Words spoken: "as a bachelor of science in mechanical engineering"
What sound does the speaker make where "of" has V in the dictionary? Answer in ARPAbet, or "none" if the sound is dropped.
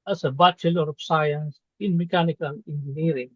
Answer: P